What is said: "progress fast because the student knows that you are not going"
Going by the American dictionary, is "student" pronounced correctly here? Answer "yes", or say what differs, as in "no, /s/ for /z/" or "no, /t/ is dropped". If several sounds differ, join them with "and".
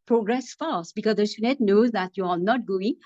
no, /n/ is dropped